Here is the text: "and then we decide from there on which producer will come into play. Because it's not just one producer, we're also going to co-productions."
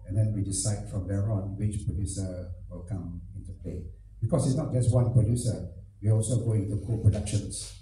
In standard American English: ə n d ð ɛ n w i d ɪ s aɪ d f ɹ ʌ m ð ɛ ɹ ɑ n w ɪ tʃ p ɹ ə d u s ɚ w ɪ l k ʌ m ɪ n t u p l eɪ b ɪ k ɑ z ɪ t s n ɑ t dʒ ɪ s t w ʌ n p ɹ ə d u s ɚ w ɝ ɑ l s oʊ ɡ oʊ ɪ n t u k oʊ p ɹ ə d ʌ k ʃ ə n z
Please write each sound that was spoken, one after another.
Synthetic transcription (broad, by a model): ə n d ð ɛ n w i d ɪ s aɪ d f ɹ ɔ m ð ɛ ɹ ɑ n w ɪ tʃ p ɹ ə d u s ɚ w ɪ l k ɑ m ɪ n t u p l eɪ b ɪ k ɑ s ɪ t s n ɑ t dʒ ɪ s t w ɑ n p ɹ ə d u s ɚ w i ɑ l s oʊ ɡ oʊ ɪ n t u k oʊ p ɹ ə d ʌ k ʃ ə n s